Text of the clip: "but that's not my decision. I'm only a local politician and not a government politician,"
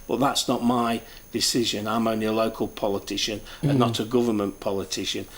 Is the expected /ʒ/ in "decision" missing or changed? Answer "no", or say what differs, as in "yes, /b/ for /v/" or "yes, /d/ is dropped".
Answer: no